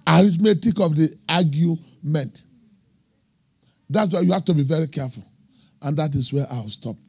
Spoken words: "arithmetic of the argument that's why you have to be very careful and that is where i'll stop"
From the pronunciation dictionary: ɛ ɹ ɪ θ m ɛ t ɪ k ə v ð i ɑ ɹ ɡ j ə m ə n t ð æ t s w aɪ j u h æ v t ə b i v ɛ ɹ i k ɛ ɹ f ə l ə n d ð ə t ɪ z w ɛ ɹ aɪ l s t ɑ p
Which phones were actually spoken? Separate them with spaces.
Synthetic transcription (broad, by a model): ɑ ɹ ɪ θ m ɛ t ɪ k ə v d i ɑ ɡ j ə m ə n t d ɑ t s w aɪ j u h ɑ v t ə b i v ɛ ɹ i k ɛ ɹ f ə l ə n d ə t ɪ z w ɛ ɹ aɪ w s t ɑ p